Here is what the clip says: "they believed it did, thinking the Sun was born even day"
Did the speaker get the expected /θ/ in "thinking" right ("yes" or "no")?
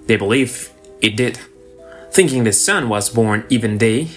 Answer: yes